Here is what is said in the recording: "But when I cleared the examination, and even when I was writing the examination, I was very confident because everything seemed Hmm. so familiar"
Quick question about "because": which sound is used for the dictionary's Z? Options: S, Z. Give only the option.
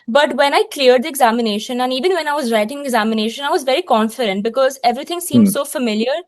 Z